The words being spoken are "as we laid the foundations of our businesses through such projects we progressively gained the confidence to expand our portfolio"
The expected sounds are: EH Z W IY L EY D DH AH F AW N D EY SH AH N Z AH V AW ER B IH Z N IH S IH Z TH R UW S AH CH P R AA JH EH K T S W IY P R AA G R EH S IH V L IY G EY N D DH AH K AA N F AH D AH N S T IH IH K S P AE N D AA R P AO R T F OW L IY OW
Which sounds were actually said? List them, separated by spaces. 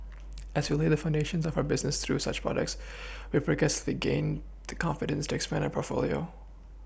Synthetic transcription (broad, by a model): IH Z W IY L EY DH AH F AW N D EY SH AH N Z AH V AW ER B IH Z N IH S TH R UW S AH CH P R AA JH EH K T S W IY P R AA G EH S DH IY G EY N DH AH K AA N F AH D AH N S T IH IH K S P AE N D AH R P AO R T F OW L IY OW